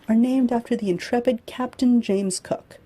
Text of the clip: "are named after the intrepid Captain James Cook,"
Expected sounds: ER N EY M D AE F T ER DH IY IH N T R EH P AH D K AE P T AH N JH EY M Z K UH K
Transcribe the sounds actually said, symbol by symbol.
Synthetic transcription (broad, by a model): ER N EY M D AE F T ER DH IY IH N T R EH P AH D K AE P T AH N JH EY M Z K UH K